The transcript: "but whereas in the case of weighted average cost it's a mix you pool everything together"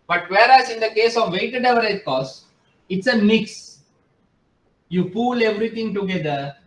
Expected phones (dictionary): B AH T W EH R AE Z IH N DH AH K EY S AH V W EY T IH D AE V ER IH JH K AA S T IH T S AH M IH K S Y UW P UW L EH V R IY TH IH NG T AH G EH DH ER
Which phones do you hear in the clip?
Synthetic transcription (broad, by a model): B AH T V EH R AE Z IH N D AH K EY S AH V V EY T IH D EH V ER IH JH K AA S IH T S AH M IH K S Y UW P UW L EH V R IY T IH NG T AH G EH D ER